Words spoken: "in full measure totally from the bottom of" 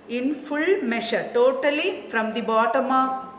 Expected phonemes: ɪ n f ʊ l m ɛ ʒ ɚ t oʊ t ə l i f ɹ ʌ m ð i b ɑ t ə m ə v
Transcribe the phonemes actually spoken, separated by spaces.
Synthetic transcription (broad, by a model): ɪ n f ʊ l m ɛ ʃ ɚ t oʊ t ə l i f ɹ ʌ m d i b ɑ t ə m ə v